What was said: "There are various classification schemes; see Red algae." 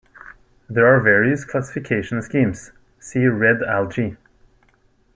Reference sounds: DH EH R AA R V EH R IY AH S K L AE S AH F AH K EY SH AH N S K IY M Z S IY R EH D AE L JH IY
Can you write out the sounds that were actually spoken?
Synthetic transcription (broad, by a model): DH EH R AA R V EH R IY AH S K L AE S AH F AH K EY SH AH N S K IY M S S IY R EH D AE L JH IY